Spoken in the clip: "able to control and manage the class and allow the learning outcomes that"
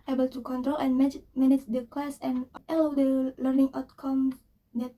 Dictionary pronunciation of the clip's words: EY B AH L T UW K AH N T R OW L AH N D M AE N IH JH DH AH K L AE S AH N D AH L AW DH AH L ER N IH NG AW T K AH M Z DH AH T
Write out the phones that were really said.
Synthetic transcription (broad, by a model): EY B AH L T UW K AH N T R OW L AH N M M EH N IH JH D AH K W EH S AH N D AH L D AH L ER N IH NG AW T K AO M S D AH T